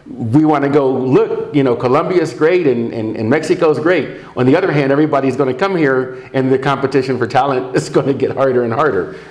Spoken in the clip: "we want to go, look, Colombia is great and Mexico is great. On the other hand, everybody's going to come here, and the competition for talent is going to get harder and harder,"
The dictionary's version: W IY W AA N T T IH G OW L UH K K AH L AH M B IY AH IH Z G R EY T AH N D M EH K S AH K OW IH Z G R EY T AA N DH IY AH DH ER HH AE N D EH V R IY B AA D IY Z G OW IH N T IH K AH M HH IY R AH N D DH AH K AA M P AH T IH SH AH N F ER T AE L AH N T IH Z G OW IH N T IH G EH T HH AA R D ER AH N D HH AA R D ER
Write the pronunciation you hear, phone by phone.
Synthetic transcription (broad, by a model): W IY W AA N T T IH G OW L UH K K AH L AH M B IY IH Z G R EY T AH N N M EH K S AH K OW IH Z G R EY T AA N DH IY AH DH ER HH AE N D EH V R IY B AA D IY Z G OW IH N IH K AH M HH IY R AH N DH AH K AA M P AH T IH SH AH N F ER T AE L AH N T IH Z G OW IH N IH G EH T HH AA R D ER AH N HH AA R D ER